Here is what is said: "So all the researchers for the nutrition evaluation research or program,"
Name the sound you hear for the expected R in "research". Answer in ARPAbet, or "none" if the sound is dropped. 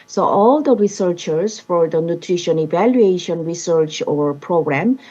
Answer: R